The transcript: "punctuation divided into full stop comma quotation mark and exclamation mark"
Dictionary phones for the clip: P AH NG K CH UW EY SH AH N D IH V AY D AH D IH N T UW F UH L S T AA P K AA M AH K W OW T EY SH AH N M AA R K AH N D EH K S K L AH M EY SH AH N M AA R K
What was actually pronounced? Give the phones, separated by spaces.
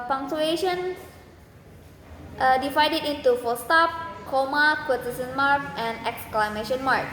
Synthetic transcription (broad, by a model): P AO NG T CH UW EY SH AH N D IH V AY D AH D IH N T UW F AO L S T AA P K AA M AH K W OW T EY S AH N M AA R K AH N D EH K S K L AH M EY SH AH N M AA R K